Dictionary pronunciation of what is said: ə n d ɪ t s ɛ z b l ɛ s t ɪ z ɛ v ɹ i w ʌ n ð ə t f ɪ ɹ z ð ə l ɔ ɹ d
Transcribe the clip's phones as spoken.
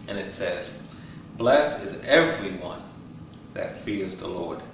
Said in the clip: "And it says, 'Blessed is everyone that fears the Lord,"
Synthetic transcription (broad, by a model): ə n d ɪ t s ɛ z b l ɛ s t ɪ z ɛ v ɹ i w ʌ n ð ə t f ɪ ɹ z ð ə l ɔ ɹ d